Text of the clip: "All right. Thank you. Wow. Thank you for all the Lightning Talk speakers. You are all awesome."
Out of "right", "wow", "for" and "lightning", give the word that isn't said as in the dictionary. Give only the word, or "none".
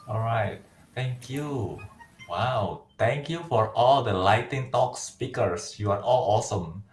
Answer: lightning